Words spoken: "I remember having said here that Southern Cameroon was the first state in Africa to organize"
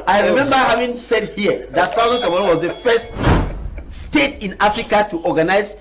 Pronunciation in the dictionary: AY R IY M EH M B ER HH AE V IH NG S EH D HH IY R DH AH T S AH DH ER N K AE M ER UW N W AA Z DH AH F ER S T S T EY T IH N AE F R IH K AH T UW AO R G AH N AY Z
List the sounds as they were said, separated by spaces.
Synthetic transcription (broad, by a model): AY R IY M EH M B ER HH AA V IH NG S EH D HH IY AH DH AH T S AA UH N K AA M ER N W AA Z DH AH F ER S T S T EY T IH N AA F R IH K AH T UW AO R G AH N AY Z